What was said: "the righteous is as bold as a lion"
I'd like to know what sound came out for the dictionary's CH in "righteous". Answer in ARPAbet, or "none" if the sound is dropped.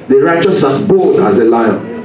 CH